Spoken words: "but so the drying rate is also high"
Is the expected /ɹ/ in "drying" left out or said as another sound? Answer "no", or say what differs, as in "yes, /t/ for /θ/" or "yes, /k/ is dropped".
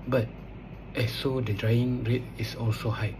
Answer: no